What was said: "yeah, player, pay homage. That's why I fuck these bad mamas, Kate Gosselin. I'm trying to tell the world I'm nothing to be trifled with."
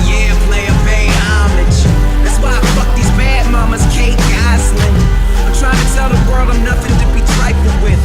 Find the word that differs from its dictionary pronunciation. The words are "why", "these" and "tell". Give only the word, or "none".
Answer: tell